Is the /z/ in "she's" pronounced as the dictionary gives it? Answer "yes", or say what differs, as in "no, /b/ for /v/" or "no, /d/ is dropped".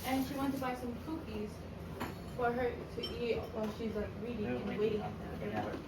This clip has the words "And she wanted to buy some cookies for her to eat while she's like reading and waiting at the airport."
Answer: yes